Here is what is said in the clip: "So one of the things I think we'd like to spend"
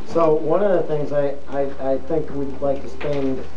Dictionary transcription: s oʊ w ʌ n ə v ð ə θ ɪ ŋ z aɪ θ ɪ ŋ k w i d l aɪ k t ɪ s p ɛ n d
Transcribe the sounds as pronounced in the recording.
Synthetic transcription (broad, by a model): s oʊ w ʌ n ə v ð ə θ ɪ ŋ z aɪ θ ɪ ŋ k w i d l aɪ k t ɪ s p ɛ n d